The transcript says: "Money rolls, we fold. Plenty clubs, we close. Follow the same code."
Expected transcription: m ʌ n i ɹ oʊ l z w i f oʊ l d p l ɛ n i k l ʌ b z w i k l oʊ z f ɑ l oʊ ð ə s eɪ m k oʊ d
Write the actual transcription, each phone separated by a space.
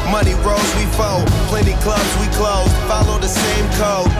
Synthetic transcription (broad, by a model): m ʌ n i ɹ oʊ z w i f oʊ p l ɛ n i k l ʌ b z w i k l oʊ z f ɑ l oʊ ð ə s eɪ m k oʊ